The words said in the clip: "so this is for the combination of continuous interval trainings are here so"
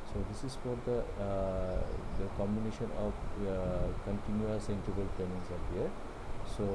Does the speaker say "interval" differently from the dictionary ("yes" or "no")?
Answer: yes